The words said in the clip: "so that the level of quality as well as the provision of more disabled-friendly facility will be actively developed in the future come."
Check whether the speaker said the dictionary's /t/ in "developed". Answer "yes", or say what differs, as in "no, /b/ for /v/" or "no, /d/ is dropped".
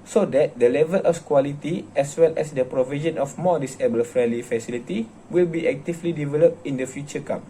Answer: yes